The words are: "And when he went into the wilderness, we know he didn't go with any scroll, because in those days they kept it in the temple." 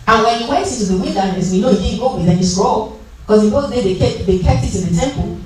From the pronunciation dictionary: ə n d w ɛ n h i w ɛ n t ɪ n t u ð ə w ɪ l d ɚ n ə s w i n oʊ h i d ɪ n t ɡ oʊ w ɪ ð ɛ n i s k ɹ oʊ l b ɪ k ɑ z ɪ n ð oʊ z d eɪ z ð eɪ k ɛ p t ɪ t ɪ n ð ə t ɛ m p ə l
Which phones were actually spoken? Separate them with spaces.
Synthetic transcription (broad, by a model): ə n w ɛ n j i w ɛ n t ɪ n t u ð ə w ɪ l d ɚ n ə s w i n oʊ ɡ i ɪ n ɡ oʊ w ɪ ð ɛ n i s ɹ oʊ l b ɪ k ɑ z ɪ n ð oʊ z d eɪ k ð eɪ k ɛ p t ɪ t ɪ n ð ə t ɛ m p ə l